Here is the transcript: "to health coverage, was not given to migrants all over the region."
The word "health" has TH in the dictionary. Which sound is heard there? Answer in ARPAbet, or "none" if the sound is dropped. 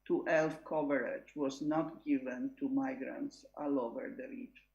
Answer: F